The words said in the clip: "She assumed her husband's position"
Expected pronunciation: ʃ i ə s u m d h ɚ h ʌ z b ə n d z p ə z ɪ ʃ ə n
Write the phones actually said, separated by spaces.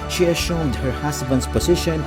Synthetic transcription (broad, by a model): ʃ i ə ʃ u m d h ɚ h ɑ s b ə n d s p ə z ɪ ʃ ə n